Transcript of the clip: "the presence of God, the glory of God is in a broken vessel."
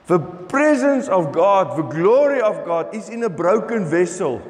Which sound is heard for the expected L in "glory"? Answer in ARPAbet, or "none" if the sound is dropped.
L